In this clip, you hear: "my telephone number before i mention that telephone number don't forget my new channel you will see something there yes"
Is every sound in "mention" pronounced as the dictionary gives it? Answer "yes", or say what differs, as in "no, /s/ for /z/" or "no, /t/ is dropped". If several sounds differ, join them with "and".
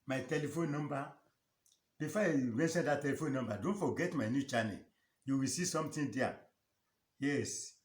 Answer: no, /s/ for /ʃ/